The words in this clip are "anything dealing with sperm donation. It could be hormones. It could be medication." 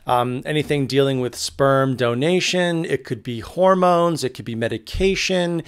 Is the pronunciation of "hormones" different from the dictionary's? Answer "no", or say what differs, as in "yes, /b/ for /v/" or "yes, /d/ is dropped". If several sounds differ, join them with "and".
no